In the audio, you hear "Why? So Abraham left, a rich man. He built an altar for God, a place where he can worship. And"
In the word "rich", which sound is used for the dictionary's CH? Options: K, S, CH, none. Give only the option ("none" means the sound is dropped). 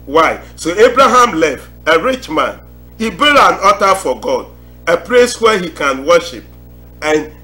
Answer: CH